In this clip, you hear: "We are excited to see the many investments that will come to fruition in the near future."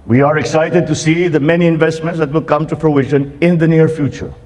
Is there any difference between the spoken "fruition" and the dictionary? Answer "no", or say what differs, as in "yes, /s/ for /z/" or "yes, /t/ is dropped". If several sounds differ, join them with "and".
yes, /p/ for /f/